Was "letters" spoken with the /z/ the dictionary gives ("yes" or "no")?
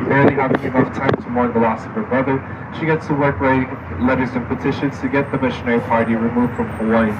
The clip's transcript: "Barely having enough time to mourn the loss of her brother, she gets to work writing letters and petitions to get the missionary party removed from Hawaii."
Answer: yes